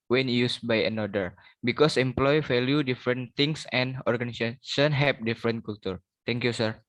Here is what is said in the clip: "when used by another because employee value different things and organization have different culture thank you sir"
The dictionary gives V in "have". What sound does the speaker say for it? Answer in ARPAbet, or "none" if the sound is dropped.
P